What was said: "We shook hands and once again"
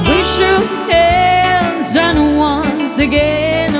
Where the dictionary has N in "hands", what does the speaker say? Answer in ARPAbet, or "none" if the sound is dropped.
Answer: L